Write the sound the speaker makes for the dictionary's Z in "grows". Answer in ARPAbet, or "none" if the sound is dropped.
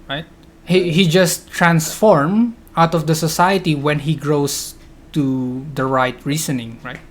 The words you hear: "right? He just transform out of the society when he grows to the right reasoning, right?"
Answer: S